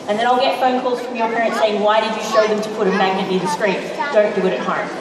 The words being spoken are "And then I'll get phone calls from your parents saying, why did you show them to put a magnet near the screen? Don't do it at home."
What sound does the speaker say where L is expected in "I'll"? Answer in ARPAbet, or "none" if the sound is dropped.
L